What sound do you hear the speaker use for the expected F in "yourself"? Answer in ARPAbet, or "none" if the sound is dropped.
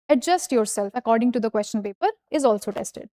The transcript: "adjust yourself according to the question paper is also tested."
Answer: F